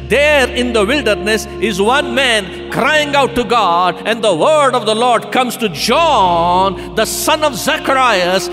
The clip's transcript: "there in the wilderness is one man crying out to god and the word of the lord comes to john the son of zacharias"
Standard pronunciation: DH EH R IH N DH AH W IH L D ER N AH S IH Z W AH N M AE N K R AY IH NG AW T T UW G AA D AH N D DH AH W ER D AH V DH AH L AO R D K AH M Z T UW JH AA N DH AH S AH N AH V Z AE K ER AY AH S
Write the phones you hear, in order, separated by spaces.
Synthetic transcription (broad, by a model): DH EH R IH N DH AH W IH L D ER N AH S IH Z W AH N M AE N K R AY IH NG AW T T UW G AA D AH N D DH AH W ER D AH V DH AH L AO R D K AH M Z T UW JH AA N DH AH S AH N AH V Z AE K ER AY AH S